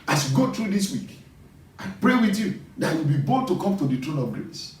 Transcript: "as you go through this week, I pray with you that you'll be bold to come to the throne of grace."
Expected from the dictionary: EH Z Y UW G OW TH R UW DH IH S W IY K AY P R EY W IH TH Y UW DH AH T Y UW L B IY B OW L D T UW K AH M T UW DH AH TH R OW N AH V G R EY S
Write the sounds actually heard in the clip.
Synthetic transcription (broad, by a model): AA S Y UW G OW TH R UW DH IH S W IY K AY P R EY W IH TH Y UW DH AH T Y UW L B IY B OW D T UW K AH M T UW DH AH T R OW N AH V G R EY S